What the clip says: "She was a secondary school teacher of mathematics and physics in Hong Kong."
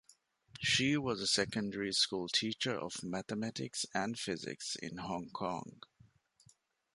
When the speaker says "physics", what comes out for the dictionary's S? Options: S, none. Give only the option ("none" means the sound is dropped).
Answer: S